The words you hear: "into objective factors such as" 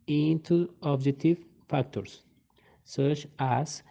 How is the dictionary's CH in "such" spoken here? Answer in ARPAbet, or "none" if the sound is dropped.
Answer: CH